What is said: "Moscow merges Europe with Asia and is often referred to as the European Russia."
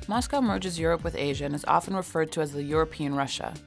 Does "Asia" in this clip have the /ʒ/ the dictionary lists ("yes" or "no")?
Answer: yes